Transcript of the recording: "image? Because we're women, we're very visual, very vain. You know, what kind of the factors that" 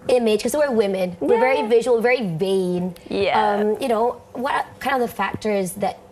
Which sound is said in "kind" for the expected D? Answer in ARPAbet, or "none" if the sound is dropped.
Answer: none